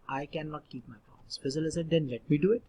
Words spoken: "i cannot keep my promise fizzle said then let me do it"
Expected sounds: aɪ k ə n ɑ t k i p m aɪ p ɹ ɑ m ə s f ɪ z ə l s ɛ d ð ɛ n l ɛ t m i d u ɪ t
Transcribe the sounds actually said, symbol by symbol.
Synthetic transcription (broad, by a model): aɪ k ə n ɑ t k i p m aɪ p ɑ ə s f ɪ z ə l s ɛ d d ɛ n l ɛ t m i d u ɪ t